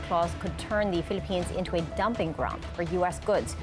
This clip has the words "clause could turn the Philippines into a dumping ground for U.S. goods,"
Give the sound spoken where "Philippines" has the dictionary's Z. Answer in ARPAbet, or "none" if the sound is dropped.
Z